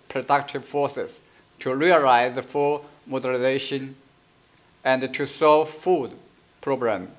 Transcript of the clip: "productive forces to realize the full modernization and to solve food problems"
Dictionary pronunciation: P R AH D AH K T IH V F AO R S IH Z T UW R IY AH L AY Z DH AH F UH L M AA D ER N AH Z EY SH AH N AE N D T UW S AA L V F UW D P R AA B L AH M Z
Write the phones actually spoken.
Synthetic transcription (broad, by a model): P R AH D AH K T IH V F AO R S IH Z T UW R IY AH L AY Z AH F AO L M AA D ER L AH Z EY SH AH N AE N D T UW S AA L V F UW D P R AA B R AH M